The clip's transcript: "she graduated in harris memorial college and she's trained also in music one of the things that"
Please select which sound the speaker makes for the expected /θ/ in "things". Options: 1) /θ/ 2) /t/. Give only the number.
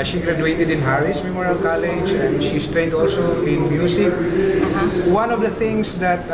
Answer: 2